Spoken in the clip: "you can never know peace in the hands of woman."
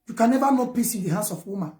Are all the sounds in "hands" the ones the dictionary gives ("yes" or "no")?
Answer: no